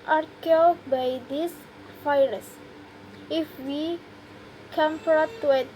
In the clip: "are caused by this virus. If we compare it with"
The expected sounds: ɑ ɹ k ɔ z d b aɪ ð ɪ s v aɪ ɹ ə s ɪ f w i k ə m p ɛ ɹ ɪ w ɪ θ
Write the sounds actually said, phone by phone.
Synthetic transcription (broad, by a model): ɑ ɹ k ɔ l b aɪ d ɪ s f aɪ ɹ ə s ɪ f w i k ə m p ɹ ɪ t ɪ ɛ